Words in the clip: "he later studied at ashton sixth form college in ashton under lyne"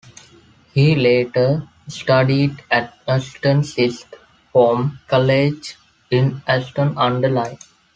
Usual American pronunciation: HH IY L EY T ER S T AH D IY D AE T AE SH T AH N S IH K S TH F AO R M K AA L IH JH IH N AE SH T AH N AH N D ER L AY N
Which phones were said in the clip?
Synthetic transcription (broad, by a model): HH IY L EY T ER S T AH D IY D AE T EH S T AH N S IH S T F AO M K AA L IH JH IH N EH S T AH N AH N D ER L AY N